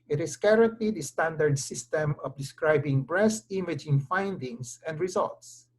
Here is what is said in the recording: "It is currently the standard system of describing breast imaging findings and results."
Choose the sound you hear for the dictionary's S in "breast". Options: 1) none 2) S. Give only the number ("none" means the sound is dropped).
2